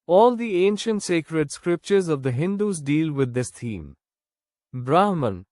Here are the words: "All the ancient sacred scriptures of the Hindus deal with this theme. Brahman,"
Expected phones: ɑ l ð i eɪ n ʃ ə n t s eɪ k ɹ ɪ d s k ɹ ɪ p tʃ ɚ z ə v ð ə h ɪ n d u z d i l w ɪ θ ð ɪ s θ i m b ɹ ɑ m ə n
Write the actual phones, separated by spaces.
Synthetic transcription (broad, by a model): ɑ l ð i eɪ n ʃ ə n t s eɪ k ɹ ɪ d s k ɹ ɪ p tʃ ɚ z ə v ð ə h ɪ n d u z d i l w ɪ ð ɪ s t i m b ɹ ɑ m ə n